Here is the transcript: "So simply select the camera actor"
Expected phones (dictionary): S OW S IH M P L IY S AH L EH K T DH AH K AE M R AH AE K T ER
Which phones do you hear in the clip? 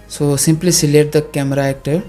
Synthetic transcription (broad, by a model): S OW S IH M P L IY S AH L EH T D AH K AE M R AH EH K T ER